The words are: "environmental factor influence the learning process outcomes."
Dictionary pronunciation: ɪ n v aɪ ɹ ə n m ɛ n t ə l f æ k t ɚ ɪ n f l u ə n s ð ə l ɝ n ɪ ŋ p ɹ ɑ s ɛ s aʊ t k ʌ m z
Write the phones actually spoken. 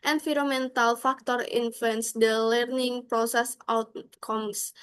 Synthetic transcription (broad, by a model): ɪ n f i ɹ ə m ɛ n t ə l f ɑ k t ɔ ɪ n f u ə n s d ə l ɝ n ɪ ŋ p ɹ ɑ s ɛ s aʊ t k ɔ m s